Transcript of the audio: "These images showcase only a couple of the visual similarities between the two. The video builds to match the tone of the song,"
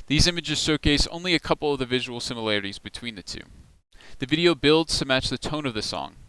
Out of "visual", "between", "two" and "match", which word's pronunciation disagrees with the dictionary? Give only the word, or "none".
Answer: none